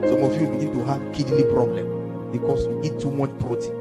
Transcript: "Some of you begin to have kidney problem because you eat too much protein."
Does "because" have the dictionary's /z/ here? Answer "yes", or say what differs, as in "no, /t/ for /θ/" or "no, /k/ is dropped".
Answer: no, /s/ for /z/